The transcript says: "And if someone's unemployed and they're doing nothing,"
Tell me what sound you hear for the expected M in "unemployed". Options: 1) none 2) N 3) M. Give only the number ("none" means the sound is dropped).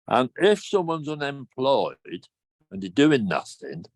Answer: 3